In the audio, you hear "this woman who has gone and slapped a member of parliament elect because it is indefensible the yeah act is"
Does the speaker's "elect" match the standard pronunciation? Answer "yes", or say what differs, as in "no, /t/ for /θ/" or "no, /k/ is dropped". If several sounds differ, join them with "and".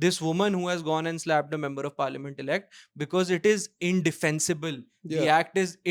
yes